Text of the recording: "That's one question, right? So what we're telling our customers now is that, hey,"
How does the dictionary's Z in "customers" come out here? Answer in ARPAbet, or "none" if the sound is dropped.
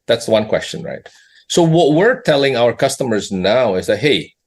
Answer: Z